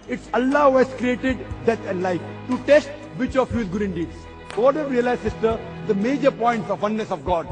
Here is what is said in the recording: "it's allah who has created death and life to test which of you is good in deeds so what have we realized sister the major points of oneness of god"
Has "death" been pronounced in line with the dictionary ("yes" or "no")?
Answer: no